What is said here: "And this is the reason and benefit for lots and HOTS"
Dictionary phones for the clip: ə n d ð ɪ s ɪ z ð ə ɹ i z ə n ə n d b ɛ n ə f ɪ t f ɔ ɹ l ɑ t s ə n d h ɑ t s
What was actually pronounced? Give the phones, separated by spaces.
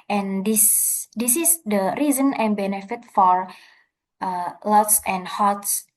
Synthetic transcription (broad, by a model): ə n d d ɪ s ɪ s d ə ɹ i z ə n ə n b ɛ n ə f ɪ t f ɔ ɹ l ɑ t s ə n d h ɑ t s